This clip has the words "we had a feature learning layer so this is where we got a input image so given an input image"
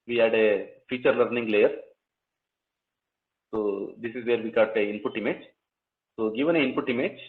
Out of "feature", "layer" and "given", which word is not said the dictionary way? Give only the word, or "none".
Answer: none